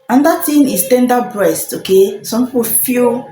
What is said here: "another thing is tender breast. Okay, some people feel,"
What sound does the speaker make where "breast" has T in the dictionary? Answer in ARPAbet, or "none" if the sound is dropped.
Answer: T